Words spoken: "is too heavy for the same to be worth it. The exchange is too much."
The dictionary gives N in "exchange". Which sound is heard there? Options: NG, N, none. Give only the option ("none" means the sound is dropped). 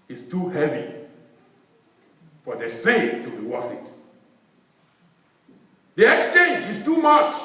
N